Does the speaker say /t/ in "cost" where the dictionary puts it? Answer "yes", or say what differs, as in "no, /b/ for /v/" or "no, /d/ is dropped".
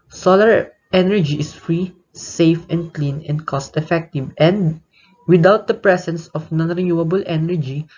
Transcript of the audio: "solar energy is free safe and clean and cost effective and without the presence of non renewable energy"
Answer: yes